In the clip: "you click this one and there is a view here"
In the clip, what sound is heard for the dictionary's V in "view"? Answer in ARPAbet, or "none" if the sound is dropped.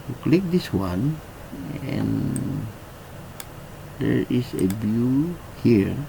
B